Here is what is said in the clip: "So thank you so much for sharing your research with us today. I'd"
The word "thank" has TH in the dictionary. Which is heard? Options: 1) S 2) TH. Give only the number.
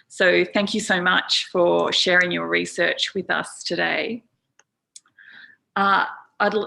2